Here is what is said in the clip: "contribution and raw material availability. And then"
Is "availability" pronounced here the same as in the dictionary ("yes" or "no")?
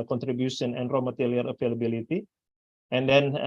no